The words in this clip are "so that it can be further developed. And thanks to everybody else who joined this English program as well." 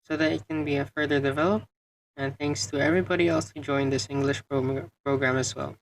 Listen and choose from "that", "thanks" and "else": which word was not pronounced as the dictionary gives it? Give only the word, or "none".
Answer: none